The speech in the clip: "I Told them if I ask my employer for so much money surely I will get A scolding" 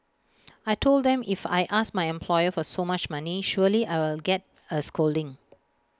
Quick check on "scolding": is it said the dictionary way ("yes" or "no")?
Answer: yes